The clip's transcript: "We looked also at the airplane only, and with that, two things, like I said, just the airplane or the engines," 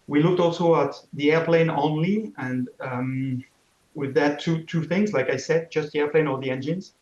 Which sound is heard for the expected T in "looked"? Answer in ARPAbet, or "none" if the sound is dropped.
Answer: T